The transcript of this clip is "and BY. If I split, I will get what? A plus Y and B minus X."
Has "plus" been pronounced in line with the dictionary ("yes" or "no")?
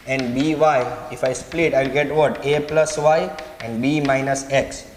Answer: yes